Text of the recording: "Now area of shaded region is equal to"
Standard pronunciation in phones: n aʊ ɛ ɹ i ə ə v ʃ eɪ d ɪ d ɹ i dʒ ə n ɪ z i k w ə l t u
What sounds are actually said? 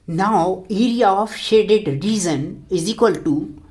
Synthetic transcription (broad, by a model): n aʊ ɛ ɹ i ə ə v ʃ eɪ d ɪ d ɹ i z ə n ɪ z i k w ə l t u